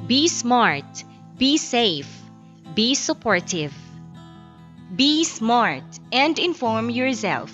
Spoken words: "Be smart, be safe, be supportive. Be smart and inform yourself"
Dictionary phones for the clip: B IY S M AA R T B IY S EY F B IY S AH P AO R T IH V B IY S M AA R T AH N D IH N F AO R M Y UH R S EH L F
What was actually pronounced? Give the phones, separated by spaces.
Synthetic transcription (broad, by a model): B IY S M AA R T B IY S EY F B IY S AH P AO R T IH V B IY S M AA R T AH N D IH N F AO R M Y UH R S EH L F